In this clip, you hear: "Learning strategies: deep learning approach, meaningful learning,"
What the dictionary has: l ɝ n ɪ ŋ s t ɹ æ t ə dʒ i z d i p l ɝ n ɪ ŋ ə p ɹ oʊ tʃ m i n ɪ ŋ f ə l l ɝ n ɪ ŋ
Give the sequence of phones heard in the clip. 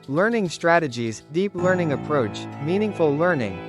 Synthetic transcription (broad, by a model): l ɝ n ɪ ŋ s t ɹ æ t ə dʒ i z d i p l ɝ n ɪ ŋ ə p ɹ oʊ tʃ m i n ɪ ŋ f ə l l ɝ n ɪ ŋ